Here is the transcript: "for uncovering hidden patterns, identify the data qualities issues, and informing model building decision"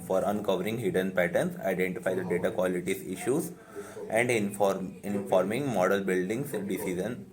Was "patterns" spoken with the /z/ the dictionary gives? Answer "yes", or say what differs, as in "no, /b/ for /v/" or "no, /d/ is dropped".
no, /s/ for /z/